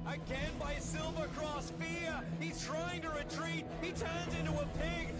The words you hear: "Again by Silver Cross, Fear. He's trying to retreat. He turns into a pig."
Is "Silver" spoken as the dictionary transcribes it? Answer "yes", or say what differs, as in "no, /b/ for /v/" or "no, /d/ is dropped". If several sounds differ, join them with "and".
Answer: yes